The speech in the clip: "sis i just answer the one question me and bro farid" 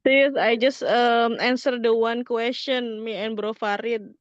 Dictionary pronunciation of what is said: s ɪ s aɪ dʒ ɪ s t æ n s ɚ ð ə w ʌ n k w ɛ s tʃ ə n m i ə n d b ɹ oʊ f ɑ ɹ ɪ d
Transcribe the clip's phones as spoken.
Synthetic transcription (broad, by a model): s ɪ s aɪ dʒ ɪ s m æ n s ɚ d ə w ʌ n k w ɛ s tʃ ə n m i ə n b ɹ oʊ f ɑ ɹ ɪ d